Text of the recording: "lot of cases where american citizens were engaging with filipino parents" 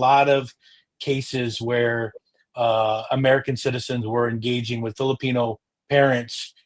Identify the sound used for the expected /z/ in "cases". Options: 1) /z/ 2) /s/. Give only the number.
1